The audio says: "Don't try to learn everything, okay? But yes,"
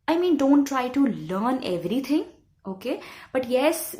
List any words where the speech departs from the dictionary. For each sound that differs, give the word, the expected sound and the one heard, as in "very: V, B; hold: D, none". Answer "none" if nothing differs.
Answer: everything: TH, T